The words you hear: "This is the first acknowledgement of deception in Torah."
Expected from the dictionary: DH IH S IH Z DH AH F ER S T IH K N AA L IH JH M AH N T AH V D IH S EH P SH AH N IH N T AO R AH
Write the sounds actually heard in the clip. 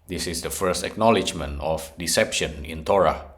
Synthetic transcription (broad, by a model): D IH S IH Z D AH F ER S T IH K N AA L IH JH M AH N T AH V D IH S EH P SH AH N IH N T AO R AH